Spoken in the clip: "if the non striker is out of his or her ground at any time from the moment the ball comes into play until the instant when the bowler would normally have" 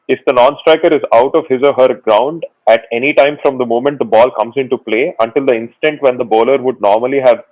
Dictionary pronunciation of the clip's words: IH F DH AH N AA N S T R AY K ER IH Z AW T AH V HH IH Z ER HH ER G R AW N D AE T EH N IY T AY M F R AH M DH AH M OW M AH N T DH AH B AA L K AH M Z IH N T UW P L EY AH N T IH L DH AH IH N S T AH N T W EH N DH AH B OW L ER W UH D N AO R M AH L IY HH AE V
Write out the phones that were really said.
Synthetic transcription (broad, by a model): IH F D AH N AA N S T R AY K ER IH Z AW T AH V HH IH Z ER HH ER G R AW N D AE T EH N IY T AY M F R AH M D AH M OW M AH N T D AH B AA L K AH M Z IH N T UW P L EY AH N T IH L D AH IH N S T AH N T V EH N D AH B OW L ER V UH D N AO R M AH L IY HH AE V